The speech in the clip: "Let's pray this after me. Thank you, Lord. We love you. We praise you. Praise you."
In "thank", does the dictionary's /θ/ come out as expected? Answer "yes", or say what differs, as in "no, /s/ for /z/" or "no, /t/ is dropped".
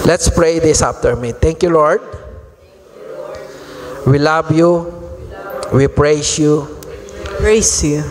no, /t/ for /θ/